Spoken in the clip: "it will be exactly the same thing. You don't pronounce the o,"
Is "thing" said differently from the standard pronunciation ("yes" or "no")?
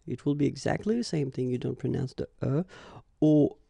no